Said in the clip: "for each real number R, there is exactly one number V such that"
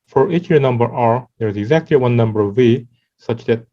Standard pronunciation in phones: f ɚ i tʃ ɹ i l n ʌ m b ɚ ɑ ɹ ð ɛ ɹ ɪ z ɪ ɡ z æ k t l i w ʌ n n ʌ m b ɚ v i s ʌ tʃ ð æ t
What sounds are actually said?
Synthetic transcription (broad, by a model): f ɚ i tʃ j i n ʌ m b ɚ ɑ ɹ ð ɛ ɹ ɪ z ɪ ɡ z æ k t l i w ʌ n n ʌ m b ɚ v i s ʌ tʃ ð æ t